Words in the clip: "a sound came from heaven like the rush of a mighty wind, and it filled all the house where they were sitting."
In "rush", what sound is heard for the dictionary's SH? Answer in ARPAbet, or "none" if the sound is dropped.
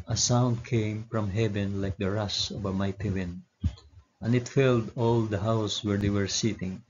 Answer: S